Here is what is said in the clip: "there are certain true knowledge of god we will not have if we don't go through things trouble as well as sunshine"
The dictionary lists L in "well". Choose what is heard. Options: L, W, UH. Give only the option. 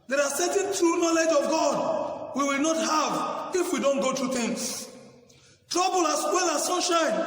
L